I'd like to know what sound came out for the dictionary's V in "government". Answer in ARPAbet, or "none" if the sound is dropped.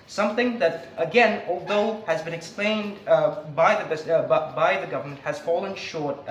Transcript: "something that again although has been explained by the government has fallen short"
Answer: V